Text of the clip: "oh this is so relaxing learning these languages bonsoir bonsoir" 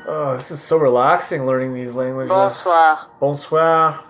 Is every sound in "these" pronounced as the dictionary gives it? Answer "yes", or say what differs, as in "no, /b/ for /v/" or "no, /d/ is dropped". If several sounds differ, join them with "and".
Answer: yes